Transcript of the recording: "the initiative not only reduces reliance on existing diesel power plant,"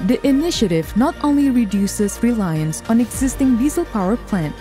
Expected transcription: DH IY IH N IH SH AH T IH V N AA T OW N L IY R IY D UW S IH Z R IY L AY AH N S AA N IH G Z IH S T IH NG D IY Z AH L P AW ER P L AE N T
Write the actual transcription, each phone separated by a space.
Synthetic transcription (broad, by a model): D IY IH N IH SH AH T IH V N AA T OW N L IY R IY D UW S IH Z R IY L AY AH N S AA N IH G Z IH S T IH NG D IY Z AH L P AW ER P L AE N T